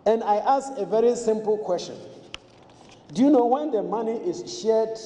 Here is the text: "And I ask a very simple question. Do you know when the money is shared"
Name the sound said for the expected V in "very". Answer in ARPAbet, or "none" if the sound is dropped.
V